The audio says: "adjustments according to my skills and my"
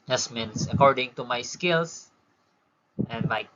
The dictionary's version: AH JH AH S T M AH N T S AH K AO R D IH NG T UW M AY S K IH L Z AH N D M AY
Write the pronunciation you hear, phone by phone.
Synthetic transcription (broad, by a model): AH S M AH N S AH K AO R D IH NG T UW M AY S K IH L S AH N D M AY